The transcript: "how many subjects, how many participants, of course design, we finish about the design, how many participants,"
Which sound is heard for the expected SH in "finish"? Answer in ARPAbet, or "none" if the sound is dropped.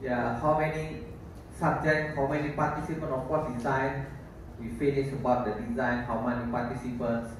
S